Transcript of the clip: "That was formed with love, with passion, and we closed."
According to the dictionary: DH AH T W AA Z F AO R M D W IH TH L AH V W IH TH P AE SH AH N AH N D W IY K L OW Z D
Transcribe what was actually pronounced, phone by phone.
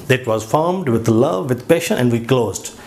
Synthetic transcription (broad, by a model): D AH T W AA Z F AO R M D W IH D L AH V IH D P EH SH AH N AH N D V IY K L OW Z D